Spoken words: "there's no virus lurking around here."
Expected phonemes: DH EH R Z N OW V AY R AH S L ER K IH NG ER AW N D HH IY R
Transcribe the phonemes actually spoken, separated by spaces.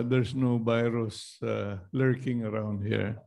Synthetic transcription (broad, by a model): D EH R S N OW B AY R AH S L ER K IH NG ER AW N D HH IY R